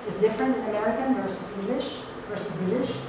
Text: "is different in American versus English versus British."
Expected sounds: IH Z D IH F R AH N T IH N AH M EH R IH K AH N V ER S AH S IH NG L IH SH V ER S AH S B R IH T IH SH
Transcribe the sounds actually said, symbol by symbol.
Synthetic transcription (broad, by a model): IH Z D IH F R AH N T IH N AH M EH R IH K AH N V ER S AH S IH NG L IH SH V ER S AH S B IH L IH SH